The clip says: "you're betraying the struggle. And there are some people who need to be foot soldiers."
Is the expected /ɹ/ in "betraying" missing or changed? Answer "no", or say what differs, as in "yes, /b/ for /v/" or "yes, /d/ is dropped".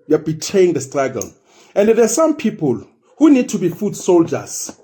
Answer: yes, /ɹ/ is dropped